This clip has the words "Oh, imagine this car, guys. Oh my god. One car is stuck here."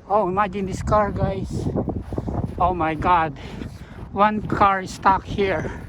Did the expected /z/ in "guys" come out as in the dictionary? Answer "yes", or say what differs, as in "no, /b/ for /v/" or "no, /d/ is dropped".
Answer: no, /s/ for /z/